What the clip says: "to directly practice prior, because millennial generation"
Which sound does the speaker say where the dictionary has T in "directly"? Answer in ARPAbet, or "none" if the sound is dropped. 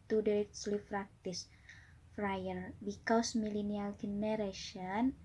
S